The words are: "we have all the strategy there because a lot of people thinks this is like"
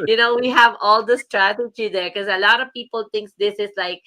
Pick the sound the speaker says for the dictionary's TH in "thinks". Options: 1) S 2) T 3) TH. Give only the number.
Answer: 2